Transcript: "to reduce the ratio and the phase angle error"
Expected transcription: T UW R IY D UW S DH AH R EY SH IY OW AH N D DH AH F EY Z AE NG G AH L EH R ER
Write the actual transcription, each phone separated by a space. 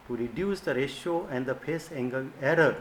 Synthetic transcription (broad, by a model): T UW R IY D UW S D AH R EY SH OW AH N D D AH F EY S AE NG G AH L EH R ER